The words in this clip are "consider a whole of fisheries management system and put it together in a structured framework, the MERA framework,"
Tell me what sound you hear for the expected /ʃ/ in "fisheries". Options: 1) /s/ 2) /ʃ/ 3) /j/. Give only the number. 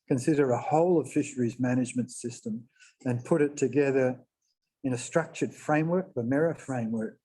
2